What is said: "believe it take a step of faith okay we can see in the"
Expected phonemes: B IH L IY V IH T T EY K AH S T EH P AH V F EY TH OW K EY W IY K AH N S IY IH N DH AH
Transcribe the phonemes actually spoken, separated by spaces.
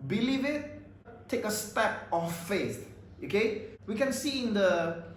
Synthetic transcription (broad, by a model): B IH L IY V IH T T EY K AH S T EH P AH F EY S OW K EY W IY K AH N S IY IH N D AH